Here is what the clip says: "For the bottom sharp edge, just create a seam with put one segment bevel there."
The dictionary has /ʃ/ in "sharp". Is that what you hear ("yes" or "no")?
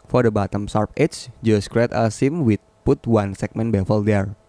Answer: no